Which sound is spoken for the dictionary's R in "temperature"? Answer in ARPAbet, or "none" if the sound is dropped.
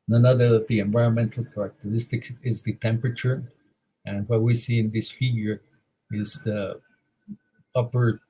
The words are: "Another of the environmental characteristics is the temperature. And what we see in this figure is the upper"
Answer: R